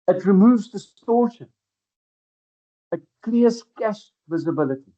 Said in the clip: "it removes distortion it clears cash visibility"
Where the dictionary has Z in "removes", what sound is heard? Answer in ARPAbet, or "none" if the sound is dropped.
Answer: Z